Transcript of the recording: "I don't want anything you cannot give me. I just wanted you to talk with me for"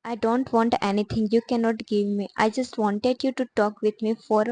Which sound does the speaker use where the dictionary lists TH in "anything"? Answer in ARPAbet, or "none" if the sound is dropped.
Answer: T